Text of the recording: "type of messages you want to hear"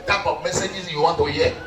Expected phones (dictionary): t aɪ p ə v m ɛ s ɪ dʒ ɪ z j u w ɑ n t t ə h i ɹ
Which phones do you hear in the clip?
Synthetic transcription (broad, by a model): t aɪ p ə p m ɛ s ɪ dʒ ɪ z j u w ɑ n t t ə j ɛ